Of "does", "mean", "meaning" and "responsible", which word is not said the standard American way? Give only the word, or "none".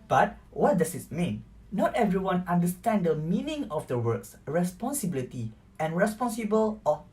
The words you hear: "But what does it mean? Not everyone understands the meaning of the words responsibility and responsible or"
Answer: does